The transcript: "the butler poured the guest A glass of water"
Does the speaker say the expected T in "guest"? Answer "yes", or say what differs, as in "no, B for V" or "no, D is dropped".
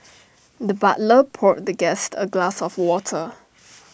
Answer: yes